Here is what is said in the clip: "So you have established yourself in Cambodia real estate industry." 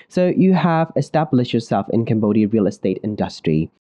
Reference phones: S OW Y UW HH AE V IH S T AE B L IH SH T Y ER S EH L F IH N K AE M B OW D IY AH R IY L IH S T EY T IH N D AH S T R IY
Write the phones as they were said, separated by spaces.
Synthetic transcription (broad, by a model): S OW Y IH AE V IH S T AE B L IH SH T Y ER S EH L F IH N K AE M B OW D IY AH R IY L IH S T EY T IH N D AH S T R IY